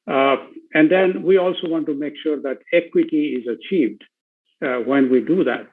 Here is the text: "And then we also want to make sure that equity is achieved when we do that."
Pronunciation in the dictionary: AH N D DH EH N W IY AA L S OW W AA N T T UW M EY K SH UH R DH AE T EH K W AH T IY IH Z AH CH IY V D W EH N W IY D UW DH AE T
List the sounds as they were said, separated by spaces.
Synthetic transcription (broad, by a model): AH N D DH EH N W IY AA L S OW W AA N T T UW M EY K SH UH R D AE T EH K W AH T IY IH Z AH CH IY V D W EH N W IY D UW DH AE T